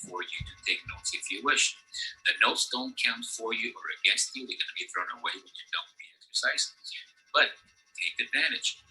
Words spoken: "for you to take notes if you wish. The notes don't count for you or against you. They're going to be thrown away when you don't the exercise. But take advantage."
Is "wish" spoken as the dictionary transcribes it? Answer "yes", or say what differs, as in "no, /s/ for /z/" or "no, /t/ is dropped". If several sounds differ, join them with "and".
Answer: yes